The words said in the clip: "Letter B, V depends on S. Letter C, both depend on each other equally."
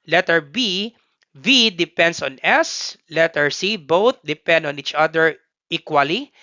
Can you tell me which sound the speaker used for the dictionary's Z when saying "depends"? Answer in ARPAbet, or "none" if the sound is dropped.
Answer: S